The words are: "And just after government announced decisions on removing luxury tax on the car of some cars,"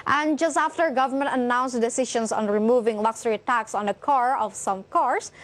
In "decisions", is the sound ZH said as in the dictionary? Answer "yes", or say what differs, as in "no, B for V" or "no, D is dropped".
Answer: no, SH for ZH